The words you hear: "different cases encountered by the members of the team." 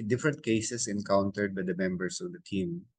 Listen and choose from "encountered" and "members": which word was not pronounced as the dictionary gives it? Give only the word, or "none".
members